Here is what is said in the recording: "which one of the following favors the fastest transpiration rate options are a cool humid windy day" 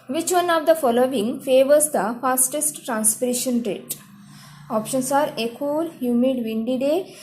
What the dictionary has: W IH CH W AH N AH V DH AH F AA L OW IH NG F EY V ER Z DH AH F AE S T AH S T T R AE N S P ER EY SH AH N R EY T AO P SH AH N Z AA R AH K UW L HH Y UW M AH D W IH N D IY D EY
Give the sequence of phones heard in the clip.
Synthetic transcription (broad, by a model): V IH CH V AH N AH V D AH F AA L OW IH NG F EY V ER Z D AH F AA S T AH S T T R AE N S P ER EY SH AH N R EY T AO P SH AH N S AA R AH K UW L HH Y UW M AH D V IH N D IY D EY